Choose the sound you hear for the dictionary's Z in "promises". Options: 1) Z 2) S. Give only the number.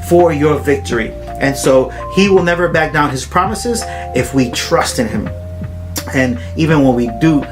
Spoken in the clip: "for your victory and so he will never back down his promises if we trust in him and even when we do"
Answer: 1